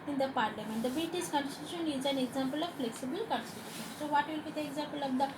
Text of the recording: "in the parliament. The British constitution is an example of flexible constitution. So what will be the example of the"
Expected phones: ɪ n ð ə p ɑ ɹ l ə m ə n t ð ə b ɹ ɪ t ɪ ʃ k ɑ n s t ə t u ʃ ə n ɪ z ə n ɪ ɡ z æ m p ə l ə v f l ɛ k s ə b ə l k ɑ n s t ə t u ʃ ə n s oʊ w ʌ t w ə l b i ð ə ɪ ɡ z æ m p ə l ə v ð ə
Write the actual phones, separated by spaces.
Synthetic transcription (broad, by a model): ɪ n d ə p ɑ ɹ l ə m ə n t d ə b ɪ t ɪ s k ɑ n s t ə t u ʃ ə n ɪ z ə n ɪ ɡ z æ m p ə l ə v f l ɛ k s ə b ə l k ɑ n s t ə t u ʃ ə n s oʊ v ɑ t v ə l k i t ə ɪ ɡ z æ m p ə l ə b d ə